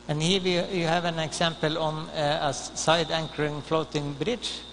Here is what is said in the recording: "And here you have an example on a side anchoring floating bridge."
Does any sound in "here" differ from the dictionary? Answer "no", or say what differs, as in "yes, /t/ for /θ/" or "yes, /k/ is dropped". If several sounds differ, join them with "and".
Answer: yes, /w/ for /ɹ/